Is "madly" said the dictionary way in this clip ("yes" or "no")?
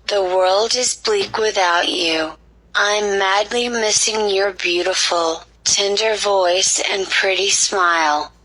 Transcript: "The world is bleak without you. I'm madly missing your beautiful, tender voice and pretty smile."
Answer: yes